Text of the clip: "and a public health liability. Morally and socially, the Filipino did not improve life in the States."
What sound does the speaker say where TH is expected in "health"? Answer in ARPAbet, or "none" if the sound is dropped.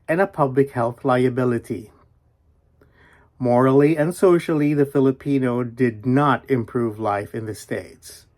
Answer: TH